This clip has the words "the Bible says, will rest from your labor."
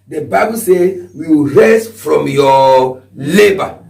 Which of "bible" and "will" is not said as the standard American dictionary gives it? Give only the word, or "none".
will